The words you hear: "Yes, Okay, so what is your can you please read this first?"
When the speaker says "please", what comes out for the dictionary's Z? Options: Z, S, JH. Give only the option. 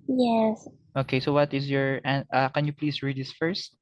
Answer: S